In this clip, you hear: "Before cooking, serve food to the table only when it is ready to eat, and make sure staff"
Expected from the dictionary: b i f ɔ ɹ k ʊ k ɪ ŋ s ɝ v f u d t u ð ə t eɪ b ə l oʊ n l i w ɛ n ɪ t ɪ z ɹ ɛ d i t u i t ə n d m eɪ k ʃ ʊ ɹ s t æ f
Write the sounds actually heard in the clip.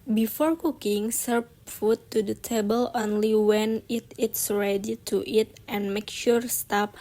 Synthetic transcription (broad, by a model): b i f ɔ ɹ k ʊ k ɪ ŋ s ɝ p f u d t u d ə t eɪ b ə l oʊ n l i w ɛ n ɪ t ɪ s ɹ ɛ d i t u i t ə n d m eɪ k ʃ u ɹ s t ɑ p